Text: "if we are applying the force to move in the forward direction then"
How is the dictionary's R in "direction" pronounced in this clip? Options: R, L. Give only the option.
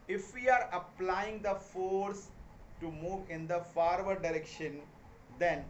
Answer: R